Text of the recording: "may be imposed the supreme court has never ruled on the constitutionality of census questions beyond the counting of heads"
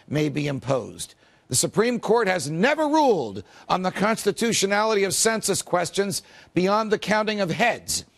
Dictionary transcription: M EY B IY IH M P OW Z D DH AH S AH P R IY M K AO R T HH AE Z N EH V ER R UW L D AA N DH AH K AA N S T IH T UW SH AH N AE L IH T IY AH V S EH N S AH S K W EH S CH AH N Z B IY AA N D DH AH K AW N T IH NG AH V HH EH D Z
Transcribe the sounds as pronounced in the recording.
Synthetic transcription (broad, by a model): M EY B IY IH M P OW Z DH AH S AH P R IY M K AO R T HH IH Z N EH V ER R UW L D N DH AH K AA N S T IH T UW SH AH N AE L IH T IY AH V S EH N S AH S K W EH S CH AH N Z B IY AA N DH AH K AW N T IH NG AH V HH EH D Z